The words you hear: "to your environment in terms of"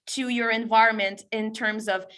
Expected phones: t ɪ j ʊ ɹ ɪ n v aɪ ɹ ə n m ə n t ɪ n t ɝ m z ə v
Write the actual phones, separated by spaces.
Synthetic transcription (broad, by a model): t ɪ j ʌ ɹ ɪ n v aɪ ɹ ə n m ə n t ɪ n t ɝ m z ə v